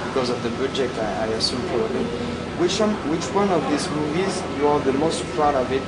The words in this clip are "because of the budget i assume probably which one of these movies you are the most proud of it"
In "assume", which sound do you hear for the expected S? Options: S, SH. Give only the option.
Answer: S